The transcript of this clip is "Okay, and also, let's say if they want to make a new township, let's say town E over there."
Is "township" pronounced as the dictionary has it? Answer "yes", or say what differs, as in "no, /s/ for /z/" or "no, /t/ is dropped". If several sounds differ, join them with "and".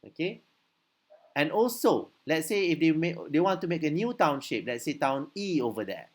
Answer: yes